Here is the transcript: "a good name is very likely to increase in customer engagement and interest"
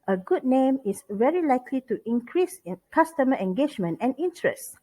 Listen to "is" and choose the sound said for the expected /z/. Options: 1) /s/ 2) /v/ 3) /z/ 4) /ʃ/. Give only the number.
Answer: 1